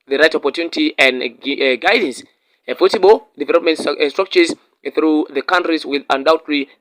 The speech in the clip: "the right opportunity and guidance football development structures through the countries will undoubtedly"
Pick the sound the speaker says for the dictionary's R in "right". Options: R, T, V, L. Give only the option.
R